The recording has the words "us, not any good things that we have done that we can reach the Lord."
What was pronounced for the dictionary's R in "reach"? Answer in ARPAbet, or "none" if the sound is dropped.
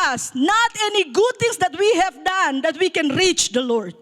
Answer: R